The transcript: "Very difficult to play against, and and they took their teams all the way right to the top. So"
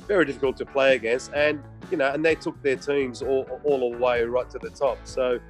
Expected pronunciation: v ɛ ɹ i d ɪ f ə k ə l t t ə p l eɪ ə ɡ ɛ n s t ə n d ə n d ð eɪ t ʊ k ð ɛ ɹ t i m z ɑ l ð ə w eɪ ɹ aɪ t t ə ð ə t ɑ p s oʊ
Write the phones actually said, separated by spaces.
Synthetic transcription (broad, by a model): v ɛ ɹ i d ɪ f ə k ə l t t ə p l eɪ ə ɡ ɛ s ə n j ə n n ð eɪ t ʊ k ð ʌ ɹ t i m z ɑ l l ə w eɪ ɹ aɪ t t ə ð ə t ɑ p s oʊ